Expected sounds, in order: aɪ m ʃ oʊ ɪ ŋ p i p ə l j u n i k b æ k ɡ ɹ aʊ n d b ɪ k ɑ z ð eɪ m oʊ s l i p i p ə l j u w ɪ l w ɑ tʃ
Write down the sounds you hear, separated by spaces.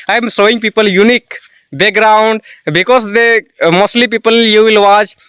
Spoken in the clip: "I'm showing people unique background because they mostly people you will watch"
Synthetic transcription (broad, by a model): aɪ m s oʊ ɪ ŋ p i p ə l j u n i k b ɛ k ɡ ɹ aʊ n d b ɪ k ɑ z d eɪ m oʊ s l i p i p ə l j u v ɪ l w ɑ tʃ